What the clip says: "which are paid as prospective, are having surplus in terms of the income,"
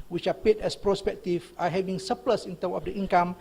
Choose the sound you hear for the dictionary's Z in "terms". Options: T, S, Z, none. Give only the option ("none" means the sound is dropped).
none